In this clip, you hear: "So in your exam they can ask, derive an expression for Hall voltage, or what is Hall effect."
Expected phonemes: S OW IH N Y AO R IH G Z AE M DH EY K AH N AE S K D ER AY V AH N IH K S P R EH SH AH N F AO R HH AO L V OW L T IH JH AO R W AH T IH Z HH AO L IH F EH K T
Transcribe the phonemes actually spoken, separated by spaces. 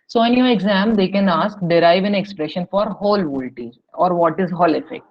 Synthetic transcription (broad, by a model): S OW IH N Y AO R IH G Z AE M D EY K AH N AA S K D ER AY V AH N IH K S P R EH SH AH N F AO R HH AO L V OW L T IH AO R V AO T IH Z HH AO L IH F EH K T